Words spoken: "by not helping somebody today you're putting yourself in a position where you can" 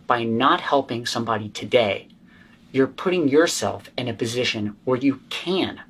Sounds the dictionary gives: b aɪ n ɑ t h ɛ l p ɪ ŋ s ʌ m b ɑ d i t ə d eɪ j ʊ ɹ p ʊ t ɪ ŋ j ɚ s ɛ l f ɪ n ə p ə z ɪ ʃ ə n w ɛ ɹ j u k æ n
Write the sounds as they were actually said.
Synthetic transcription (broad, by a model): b aɪ n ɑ t h ɛ l p ɪ ŋ s ʌ m b ɑ d i t ə d eɪ j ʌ ɹ p ʊ t ɪ ŋ j ɚ s ɛ l f ɪ n ə p ə z ɪ ʃ ə n w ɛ ɹ j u k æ n